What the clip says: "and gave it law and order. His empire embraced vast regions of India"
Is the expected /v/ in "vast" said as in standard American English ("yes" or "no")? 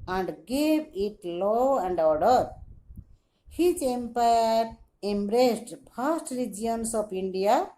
no